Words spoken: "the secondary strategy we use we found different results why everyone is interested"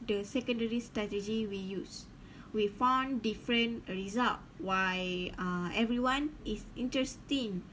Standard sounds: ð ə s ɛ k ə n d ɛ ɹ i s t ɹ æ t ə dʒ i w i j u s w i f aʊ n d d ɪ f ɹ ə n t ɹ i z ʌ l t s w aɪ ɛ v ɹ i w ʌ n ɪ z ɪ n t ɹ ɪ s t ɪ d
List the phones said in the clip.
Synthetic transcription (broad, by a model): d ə s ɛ k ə n d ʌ ɹ i s t ɹ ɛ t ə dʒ i w i j u s w i f aʊ n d d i f ɹ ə n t ɹ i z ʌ l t w aɪ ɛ v ɹ i w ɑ n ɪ s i n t ɹ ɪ s t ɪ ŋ